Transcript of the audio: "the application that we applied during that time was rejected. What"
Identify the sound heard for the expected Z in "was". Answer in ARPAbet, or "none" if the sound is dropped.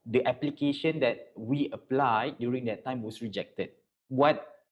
S